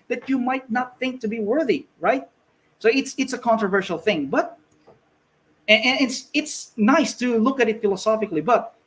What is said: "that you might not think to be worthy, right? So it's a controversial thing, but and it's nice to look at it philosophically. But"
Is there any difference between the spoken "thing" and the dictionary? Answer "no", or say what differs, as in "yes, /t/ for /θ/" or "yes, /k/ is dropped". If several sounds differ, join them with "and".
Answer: no